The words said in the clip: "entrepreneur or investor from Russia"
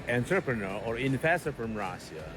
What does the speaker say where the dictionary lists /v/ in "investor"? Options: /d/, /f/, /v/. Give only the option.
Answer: /f/